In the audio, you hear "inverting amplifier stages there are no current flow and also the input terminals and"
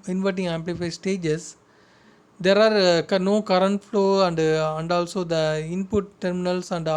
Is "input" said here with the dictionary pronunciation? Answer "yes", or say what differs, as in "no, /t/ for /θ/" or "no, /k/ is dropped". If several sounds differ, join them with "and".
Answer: yes